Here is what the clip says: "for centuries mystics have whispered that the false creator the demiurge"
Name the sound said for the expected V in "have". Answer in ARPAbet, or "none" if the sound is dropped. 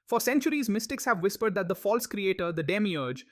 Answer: V